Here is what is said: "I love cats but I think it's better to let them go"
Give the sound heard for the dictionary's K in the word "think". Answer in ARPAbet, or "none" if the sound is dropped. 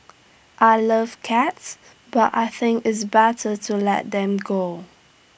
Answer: K